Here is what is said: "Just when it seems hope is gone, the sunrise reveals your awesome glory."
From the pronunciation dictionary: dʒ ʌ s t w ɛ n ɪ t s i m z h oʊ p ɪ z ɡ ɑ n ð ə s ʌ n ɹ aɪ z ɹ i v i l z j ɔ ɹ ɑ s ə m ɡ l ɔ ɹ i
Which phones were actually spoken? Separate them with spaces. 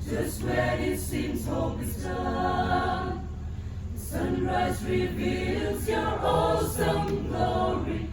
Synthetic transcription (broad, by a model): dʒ ʌ s t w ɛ ɪ t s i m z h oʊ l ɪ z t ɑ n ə s ʌ n ɹ aɪ z ɹ i v i l z j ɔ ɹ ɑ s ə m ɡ l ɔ ɹ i